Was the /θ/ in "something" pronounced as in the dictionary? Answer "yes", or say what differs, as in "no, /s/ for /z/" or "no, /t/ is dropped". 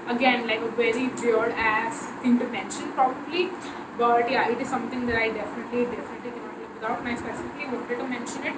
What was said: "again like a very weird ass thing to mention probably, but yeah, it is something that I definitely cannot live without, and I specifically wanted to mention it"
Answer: no, /t/ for /θ/